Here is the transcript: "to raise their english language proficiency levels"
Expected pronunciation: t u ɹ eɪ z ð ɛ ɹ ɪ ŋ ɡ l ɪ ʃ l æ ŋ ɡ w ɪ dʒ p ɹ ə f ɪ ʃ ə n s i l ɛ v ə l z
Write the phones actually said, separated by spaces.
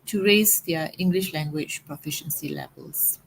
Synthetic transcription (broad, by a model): t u ɹ eɪ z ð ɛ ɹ ɪ ŋ ɡ l ɪ ʃ l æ ŋ ɡ w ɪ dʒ p ɹ ə f ɪ ʃ ə n s i l ɛ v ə l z